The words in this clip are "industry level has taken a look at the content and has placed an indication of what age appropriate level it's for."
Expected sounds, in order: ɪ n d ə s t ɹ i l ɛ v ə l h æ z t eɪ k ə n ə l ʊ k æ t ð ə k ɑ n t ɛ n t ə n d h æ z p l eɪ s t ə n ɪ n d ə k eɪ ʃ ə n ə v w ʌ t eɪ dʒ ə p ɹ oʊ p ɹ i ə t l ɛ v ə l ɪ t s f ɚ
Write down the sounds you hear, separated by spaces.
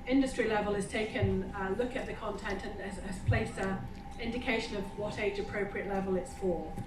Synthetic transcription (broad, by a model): ɪ n d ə s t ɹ i l ɛ v ə l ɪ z t eɪ k ə n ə l ʊ k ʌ t ð ə k ɑ n t ɛ n t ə n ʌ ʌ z p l eɪ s ə ɪ n d ə k eɪ ʃ ə n ə v w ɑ t eɪ dʒ ə p ɹ oʊ p ɹ i ə t l ɛ v ə l ɪ t s f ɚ